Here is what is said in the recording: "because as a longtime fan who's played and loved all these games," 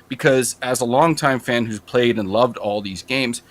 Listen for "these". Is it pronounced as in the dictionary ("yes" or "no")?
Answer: yes